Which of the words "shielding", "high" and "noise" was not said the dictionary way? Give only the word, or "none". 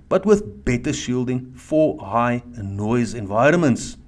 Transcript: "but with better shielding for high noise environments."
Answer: none